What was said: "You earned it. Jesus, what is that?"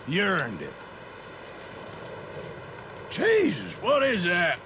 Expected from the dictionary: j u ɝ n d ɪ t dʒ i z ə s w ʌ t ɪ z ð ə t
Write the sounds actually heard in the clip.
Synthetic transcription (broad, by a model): j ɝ n d ɪ t tʃ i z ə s w ʌ t ɪ z ð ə t